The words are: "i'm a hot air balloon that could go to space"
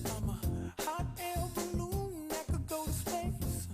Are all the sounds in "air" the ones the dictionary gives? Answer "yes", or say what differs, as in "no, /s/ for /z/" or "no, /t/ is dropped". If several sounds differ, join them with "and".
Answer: no, /l/ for /ɹ/